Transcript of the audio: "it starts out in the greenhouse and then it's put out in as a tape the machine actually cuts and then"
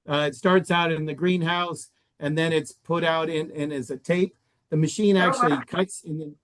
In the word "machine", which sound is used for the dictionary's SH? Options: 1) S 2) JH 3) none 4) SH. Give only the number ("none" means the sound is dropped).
4